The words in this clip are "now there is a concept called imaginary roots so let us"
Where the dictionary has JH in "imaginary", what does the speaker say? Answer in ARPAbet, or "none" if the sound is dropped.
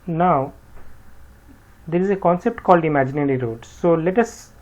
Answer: JH